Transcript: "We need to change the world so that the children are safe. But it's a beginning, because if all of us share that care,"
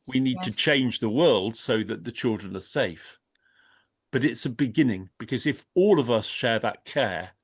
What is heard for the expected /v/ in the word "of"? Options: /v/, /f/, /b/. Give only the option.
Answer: /v/